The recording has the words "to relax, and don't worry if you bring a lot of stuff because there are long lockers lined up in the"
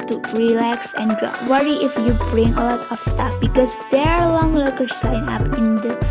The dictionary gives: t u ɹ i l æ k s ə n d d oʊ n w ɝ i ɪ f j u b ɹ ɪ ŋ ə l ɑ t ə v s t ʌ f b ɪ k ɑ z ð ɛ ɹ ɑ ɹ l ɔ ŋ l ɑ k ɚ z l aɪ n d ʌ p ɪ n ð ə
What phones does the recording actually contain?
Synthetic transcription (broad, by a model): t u ɹ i l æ k s ə n d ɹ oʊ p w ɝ i ɪ f j u b ɹ ɪ ŋ ə l ɑ t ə f s t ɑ f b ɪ k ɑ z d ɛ ɹ ɑ ɹ l ɔ ŋ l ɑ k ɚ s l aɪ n ɑ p ɪ n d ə